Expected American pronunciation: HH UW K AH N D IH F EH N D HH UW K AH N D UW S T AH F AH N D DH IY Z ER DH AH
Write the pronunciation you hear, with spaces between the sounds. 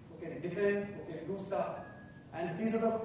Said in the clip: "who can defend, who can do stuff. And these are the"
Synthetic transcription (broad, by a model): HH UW K AH N D IH F EH N D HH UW K AH N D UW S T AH AH N D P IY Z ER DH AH